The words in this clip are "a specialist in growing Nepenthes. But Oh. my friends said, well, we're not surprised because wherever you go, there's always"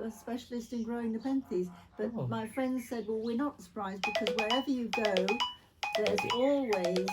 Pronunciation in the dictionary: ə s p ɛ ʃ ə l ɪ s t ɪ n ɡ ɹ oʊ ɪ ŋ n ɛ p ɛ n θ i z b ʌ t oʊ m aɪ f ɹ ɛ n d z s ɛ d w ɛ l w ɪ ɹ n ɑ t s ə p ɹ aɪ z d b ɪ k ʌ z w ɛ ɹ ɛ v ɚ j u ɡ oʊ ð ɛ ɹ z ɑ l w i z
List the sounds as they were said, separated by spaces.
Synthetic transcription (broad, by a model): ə s p ɛ ʃ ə l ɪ s t ɪ n ɡ ɹ oʊ ɪ ŋ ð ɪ p ɛ n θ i z b ʌ t m aɪ f ɹ ɛ n d z s ɛ d w ɛ l w ɪ ɹ n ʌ t s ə p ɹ aɪ z b ɪ k ʌ z w ɛ ɹ ɛ v ɚ j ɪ ɡ oʊ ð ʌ ɹ z ɑ l w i z